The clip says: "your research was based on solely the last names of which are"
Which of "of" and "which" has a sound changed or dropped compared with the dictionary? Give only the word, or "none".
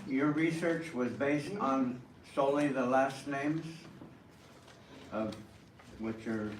none